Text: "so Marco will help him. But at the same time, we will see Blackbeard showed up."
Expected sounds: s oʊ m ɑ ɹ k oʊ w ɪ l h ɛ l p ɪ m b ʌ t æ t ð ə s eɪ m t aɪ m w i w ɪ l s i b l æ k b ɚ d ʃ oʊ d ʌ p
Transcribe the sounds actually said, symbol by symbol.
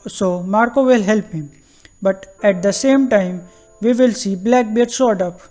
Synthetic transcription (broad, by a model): s oʊ m ɑ ɹ k oʊ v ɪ l h ɛ l p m b ʌ t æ t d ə s eɪ m t aɪ m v i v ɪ l s i b l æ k b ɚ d s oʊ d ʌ p